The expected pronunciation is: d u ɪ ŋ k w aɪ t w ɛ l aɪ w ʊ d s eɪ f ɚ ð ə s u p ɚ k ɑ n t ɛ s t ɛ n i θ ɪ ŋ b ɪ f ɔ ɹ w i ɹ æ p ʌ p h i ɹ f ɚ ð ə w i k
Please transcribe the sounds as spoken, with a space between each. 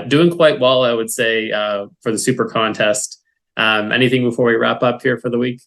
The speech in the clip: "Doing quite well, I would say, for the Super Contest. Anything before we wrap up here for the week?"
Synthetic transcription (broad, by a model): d u ɪ ŋ k w aɪ t w ɛ l aɪ w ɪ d s eɪ f ɚ ð ə s u p ɚ k ɑ n t ɛ s t ɛ n i θ ɪ ŋ b ɪ f ɔ ɹ w i ɹ æ p ʌ p h i ɹ f ɚ ð ə w i k